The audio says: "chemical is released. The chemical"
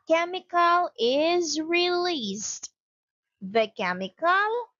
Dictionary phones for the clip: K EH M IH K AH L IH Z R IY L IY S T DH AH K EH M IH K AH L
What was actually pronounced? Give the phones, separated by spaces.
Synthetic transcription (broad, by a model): K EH M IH K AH L IH Z R IY L IY S T DH AH K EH M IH K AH L